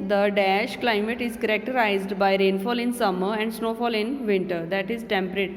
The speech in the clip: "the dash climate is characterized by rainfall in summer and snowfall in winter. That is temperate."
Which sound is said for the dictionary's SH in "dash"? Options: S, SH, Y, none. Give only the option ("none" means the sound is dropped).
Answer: SH